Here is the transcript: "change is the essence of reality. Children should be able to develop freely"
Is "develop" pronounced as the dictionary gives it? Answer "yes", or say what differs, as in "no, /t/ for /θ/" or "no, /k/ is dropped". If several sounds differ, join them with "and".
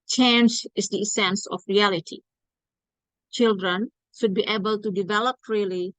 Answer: yes